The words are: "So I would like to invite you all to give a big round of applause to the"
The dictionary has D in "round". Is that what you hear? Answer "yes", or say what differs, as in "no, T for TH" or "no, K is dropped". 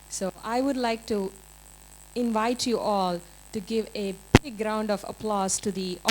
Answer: yes